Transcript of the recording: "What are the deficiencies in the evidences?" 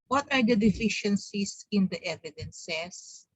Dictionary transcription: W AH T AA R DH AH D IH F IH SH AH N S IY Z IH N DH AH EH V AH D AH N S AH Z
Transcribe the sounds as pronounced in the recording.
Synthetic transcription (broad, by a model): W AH T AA R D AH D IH F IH SH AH N S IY S IH N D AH EH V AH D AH N S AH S